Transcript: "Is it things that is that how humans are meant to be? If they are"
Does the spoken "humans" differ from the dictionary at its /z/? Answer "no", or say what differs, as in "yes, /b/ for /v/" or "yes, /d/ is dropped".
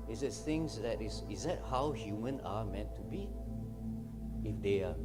yes, /z/ is dropped